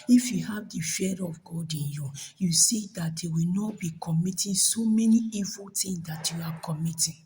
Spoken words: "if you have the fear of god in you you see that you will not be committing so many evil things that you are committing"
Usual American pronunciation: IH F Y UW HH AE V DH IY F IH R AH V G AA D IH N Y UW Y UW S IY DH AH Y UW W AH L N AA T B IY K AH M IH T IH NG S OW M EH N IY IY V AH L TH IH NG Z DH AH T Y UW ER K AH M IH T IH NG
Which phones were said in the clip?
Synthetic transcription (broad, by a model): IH F Y UW HH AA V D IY F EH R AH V G AA D IH N Y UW Y UW S IY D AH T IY W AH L N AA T B IY K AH M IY T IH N S OW M EH N IY IY V AH L T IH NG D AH T Y UW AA K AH M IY T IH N